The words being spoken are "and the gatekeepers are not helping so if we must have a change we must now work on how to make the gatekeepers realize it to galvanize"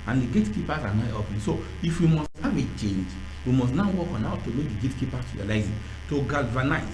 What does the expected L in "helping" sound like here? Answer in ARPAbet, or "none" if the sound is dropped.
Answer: none